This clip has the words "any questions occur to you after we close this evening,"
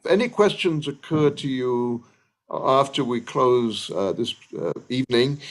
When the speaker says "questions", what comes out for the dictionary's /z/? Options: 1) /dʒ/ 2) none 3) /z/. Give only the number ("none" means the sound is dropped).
3